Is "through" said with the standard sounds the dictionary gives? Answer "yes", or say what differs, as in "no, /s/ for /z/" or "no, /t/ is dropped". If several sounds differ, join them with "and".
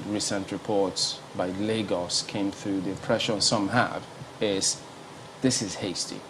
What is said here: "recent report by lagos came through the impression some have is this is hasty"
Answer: yes